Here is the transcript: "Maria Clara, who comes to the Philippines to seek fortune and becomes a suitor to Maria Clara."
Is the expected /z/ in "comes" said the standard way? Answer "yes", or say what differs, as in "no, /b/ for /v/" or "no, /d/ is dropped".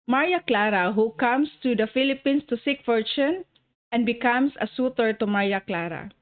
no, /s/ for /z/